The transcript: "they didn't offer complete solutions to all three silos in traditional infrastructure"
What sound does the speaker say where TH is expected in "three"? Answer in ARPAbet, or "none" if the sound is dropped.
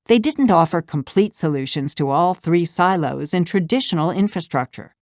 TH